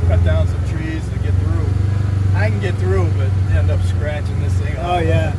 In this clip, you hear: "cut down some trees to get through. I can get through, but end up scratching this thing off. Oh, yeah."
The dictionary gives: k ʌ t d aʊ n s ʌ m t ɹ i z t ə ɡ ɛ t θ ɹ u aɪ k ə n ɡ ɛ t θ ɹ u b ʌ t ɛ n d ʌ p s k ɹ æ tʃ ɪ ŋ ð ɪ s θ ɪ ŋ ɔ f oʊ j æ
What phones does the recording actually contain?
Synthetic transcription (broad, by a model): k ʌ t d aʊ n s ʌ m t ɹ i z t ɡ ɛ t θ ɹ u aɪ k n ɡ ɛ t θ ɹ u b ʌ t ɛ n d ʌ p s k ɹ æ tʃ ɪ ŋ ð ɪ s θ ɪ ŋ ɔ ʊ j æ